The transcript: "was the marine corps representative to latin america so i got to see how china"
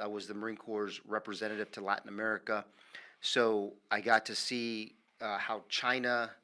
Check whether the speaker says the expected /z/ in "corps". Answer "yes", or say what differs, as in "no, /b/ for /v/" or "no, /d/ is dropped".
yes